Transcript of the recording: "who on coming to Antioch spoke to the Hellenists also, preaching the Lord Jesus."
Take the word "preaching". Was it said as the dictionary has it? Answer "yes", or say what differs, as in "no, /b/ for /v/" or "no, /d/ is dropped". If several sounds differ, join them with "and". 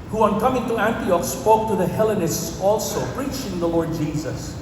yes